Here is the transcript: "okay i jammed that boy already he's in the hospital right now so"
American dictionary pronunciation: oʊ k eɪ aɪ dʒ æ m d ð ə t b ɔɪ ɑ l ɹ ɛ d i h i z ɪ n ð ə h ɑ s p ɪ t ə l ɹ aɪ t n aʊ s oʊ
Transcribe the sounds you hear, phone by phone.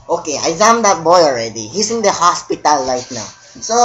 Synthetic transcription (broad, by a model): oʊ k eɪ aɪ z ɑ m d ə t b ɔɪ ɑ l ɹ ɛ d i h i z ɪ n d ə h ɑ s p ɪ t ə l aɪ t n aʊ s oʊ